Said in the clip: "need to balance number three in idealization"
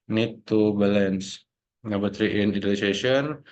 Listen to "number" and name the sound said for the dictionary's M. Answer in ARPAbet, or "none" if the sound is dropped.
none